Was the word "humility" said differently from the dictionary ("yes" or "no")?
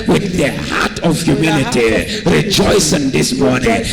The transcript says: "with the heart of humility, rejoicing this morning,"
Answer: yes